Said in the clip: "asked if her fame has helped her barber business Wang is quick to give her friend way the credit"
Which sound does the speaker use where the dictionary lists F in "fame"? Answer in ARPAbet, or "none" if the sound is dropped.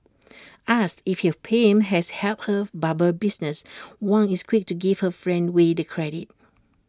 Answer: P